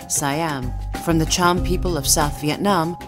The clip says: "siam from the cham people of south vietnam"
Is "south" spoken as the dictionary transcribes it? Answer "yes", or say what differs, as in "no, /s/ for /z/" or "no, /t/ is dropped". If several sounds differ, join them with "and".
yes